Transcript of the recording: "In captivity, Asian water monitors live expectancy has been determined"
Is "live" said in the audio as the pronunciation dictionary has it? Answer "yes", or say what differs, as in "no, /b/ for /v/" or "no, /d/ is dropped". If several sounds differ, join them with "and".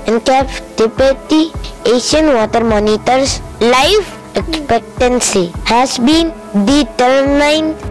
no, /f/ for /v/